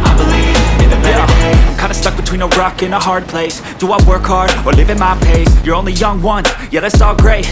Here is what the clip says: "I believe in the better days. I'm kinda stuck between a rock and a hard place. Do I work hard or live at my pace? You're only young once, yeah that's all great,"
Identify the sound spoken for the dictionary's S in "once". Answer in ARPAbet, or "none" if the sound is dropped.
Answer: none